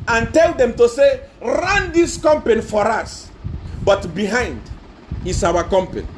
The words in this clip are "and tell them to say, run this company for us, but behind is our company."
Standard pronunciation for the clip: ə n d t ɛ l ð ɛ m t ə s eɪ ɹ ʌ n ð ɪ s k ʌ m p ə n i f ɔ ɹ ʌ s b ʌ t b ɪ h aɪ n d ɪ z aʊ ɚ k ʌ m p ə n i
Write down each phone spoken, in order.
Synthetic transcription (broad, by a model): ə n t ɛ l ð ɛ m t ə s eɪ ɹ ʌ n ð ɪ s k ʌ m p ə n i f ɔ ɹ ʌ s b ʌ t b ɪ h aɪ n d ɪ s aʊ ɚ k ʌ m p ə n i